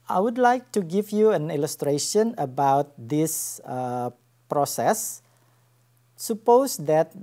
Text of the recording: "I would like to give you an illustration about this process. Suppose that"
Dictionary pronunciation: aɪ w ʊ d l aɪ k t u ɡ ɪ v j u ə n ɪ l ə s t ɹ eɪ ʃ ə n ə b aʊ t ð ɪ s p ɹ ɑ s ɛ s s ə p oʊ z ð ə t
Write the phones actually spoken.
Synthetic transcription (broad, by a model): aɪ w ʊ d l aɪ k t u ɡ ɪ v j u ə n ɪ l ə s t ɹ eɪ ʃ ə n ə b aʊ t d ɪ s p ɹ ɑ s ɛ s s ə p oʊ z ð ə t